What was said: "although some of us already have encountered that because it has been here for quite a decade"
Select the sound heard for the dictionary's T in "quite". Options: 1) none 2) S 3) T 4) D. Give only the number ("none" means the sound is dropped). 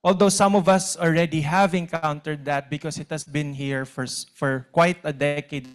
3